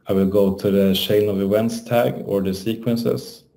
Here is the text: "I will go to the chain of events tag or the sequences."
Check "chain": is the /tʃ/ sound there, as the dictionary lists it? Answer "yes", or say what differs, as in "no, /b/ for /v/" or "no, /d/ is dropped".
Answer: no, /ʃ/ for /tʃ/